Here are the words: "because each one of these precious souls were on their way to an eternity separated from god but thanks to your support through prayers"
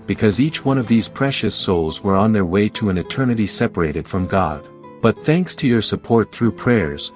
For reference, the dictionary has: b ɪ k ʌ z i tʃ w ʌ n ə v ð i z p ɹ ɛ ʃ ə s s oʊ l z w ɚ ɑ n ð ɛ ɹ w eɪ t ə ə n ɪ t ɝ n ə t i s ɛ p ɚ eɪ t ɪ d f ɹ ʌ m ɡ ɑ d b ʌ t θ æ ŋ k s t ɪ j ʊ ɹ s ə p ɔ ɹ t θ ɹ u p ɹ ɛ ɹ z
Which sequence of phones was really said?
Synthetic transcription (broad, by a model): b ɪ k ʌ z i tʃ w ʌ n ə v ð i z p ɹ ɛ ʃ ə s s oʊ l z w ɚ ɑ n ð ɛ ɹ w eɪ t ə ə n ɪ t ɝ n ə t i s ɛ p ɚ eɪ t ɪ d f ɹ ʌ m ɡ ɑ d b ʌ t θ æ ŋ k s t ɪ j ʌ ɹ s ə p ɔ ɹ t θ ɹ u p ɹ ɛ ɹ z